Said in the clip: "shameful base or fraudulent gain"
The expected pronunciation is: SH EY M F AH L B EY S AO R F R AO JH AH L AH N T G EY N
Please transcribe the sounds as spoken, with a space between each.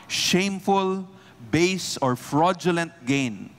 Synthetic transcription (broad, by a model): SH EY M F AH L B EY S AO R F R AO JH AH L AH N T G EY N